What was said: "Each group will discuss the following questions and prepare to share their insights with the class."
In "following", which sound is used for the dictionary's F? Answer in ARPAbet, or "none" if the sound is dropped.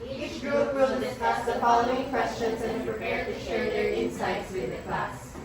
P